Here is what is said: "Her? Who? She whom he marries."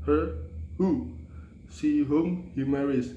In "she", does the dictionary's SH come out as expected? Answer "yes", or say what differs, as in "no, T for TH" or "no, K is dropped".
no, S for SH